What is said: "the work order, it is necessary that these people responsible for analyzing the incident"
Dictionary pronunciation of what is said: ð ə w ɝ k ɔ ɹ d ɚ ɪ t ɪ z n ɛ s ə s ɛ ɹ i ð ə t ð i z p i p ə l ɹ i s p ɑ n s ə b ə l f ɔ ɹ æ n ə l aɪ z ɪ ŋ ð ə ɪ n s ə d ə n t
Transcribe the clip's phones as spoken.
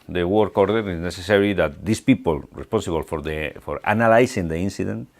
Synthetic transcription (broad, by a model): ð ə w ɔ k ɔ ɹ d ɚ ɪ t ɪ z n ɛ s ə s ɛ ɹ i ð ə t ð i s p i p ə l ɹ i s p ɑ n s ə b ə l f ɔ ɹ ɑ n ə l aɪ s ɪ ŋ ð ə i n s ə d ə n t